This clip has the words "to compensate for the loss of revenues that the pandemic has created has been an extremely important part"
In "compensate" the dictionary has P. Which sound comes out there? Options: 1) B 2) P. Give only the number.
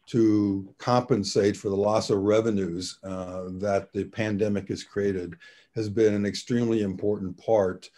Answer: 2